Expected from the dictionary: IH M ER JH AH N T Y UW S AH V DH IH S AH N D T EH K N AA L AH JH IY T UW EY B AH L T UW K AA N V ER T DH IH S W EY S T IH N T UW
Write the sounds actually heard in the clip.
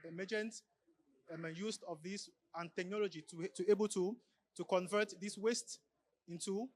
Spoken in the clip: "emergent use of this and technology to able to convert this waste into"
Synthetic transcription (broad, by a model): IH M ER JH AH N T Y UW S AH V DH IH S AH N T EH K N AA L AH JH IY T UW EY B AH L T UW K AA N V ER T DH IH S W EY S T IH N T UW